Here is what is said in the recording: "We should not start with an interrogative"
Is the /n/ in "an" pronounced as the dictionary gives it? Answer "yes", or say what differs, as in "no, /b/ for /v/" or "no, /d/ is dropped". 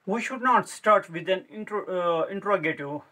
yes